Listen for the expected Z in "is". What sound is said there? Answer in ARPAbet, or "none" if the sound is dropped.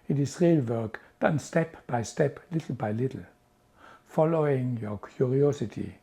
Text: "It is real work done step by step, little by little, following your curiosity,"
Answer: S